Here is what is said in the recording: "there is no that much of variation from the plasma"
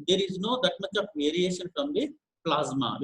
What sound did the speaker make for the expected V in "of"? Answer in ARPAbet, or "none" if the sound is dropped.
P